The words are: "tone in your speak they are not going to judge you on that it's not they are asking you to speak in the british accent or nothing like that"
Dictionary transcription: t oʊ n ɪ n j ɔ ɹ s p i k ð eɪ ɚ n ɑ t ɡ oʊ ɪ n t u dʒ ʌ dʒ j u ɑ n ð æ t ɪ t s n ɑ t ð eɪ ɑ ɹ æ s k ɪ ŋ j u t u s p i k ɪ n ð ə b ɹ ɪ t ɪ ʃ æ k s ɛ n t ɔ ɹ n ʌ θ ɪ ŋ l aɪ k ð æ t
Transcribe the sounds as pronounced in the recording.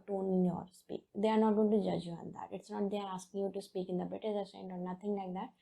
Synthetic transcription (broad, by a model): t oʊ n ɪ n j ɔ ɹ s p i k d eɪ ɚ n ɑ t ɡ oʊ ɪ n t u dʒ ʌ dʒ j u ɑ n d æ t ɪ t s n ɑ t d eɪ ɑ ɹ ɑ s k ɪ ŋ j u t u s p i k ɪ n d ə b ɪ t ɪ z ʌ s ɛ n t ɔ ɹ n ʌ t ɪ ŋ l aɪ k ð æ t